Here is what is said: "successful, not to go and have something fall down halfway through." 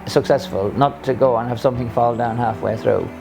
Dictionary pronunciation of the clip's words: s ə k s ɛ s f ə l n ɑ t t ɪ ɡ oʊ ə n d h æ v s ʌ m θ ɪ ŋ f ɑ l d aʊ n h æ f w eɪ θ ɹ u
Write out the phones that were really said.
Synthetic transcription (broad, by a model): s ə k s ɛ s f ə l n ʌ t t ɪ ɡ oʊ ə n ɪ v s ʌ m θ ɪ ŋ f ɑ l d aʊ n h æ f w eɪ θ ɹ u